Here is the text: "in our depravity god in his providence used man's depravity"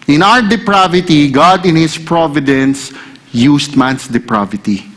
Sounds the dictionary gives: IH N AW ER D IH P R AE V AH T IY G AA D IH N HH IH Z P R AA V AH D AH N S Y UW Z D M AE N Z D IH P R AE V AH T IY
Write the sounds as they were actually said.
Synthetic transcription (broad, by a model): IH N AW ER D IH P R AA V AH T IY G AA D IH N HH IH S P R AA V AH D AH N S Y UW S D M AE N S D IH P R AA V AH T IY